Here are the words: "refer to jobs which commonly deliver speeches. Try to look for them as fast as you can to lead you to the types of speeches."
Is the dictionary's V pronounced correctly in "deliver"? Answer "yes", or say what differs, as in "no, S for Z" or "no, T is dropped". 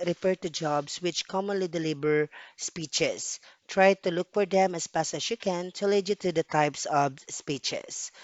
no, B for V